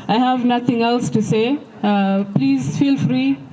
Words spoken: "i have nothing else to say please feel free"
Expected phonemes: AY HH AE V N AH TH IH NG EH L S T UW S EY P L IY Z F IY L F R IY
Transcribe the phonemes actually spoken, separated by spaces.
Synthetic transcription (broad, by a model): AY HH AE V N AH T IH NG EH L S T UW S EY P L IY Z F IY L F R IY